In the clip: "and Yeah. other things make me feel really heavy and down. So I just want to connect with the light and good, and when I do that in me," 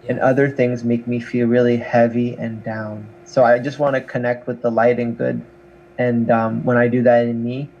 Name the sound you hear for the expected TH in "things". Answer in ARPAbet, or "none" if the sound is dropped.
TH